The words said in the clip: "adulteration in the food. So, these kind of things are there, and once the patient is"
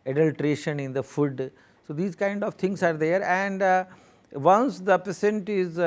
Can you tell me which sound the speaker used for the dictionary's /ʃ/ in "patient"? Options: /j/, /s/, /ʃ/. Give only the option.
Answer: /s/